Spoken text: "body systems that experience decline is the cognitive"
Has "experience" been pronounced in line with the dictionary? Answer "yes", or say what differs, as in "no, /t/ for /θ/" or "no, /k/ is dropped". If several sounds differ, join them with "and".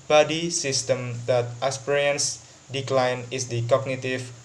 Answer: no, /k/ is dropped